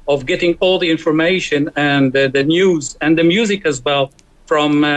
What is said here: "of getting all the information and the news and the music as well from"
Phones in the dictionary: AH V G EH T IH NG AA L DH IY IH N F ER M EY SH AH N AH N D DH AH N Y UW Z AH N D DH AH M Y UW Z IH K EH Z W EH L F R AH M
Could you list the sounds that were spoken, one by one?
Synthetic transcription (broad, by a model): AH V G EH T IH NG AA L DH IY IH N F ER M EY SH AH N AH N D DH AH N Y UW Z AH N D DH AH M Y UW Z IH K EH Z W EH L F R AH M